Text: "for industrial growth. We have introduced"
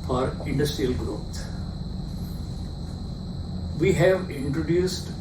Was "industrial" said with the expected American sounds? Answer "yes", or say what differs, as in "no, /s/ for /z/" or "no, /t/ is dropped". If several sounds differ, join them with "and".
yes